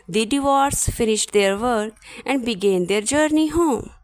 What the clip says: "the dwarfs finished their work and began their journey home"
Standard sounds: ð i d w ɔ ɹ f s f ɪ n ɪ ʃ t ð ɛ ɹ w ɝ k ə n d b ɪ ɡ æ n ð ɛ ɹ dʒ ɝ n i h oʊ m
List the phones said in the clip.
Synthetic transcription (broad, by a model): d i d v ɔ ɹ s f ɪ n ɪ ʃ t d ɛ ɹ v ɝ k ə n d b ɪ ɡ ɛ n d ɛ ɹ dʒ ɝ n i h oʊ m